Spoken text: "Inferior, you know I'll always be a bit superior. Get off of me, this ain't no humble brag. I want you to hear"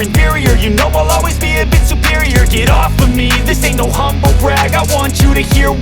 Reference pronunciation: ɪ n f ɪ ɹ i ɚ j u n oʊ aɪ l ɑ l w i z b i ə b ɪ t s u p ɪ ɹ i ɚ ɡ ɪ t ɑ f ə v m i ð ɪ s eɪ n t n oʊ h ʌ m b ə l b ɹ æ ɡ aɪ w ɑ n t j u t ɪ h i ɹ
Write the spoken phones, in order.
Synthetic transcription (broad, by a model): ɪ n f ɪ ɹ i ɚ j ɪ n oʊ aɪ l ɑ l w i z b i ə b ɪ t s u p ɪ ɹ i ɚ ɡ ɪ t ɑ f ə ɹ m i ð ɪ s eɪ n n oʊ h ʌ m b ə l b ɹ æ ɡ aɪ w ɑ n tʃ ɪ t ɪ h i ɹ